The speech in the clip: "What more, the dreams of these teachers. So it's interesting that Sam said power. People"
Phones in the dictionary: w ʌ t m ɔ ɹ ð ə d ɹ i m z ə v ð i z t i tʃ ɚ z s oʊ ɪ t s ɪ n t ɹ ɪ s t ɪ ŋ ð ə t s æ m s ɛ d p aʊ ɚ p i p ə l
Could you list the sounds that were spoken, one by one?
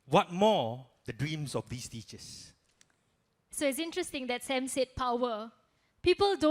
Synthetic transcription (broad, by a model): w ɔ t m ɔ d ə d ɹ i m s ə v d i s t i tʃ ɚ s s oʊ ɪ t s ɪ n t ɹ ɪ s t ɪ ŋ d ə t s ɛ m s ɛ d p aʊ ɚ p i p ə l